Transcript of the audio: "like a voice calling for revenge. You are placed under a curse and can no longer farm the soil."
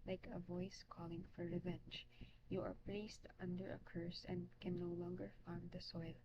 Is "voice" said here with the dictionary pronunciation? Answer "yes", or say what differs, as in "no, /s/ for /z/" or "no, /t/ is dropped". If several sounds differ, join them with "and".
yes